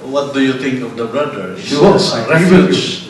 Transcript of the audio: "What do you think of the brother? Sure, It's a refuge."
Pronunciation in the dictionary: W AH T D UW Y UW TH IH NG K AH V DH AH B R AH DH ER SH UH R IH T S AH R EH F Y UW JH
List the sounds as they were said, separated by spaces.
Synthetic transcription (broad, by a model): W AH T D UW Y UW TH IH NG K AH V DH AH B R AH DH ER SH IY W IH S AH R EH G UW